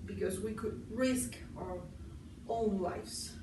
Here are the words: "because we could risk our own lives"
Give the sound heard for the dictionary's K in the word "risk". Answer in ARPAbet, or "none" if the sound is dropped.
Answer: K